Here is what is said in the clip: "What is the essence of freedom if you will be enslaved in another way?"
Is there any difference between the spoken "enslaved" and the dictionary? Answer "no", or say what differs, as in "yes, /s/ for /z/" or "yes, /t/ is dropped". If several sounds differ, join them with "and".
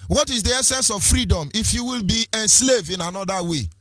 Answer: yes, /d/ is dropped